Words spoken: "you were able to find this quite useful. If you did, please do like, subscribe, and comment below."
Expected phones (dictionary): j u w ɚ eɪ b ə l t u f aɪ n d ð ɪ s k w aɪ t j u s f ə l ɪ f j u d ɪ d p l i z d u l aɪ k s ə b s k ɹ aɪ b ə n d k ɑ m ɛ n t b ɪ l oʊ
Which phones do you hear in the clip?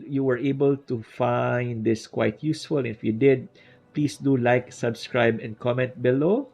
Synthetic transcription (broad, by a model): j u w ɚ eɪ b ə l t u f aɪ n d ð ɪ s k w aɪ t j u s f ə l ɪ f j u d ɪ d p l i s d u l aɪ k s ə b s k ɹ aɪ b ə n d k ɑ m ɛ n t b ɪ l oʊ